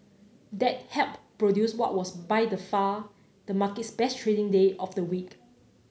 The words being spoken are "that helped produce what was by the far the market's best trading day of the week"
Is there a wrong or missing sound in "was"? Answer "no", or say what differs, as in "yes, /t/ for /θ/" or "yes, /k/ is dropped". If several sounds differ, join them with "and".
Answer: yes, /s/ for /z/